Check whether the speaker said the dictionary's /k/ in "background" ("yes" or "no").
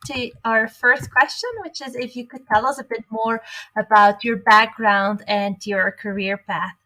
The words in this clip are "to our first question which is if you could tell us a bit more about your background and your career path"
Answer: yes